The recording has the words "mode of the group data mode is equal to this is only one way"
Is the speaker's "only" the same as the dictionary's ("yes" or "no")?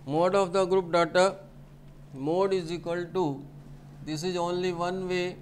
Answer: yes